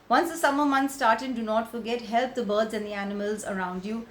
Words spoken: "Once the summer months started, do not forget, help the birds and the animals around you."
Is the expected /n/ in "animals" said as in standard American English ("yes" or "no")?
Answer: yes